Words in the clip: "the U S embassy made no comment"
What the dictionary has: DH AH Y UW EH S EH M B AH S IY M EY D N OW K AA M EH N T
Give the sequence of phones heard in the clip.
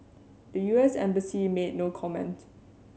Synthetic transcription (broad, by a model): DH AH Y UW EH S EH M B AH S IY M EY D N OW K AA M EH N T